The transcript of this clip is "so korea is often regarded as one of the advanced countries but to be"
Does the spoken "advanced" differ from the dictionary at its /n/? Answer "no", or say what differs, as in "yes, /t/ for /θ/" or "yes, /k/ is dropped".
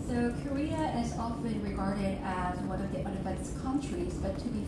yes, /n/ is dropped